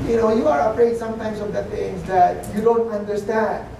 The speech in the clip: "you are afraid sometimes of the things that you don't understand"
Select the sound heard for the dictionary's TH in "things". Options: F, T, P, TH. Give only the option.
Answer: T